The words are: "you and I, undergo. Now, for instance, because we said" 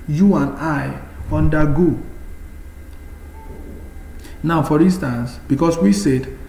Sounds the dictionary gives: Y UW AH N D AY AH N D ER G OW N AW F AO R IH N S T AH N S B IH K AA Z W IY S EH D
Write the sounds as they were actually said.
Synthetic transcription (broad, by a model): Y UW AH N AY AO N D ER G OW N AW F AO R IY N S T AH N S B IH K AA S W IY S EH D